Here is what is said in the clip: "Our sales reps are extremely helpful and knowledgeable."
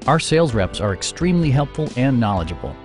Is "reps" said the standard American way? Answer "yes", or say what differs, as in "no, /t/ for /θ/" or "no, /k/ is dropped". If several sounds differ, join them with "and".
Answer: yes